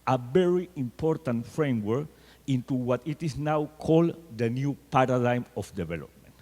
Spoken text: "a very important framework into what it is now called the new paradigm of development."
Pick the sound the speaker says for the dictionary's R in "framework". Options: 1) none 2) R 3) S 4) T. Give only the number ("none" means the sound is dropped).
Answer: 2